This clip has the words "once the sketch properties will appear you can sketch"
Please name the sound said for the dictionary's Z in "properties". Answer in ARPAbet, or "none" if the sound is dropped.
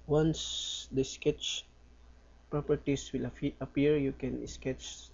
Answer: S